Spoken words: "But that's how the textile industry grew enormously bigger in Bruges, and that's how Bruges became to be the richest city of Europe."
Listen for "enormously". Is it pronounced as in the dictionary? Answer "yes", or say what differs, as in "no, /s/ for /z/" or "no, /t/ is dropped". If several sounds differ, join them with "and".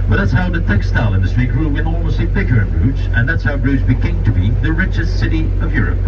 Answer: no, /l/ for /ɹ/